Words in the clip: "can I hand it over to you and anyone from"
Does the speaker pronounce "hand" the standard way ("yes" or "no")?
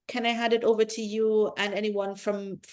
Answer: no